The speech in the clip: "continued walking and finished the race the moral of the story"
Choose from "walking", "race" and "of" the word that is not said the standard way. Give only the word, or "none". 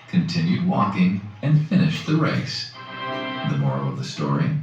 none